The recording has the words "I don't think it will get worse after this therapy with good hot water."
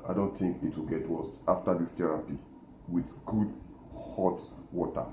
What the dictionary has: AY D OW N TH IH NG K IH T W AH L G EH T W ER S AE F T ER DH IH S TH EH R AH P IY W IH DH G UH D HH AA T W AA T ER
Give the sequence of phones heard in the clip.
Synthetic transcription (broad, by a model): AY D OW N TH IH NG K IH T W AH L G EH T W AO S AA F T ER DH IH S T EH R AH P IY W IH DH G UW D HH AA T W AA T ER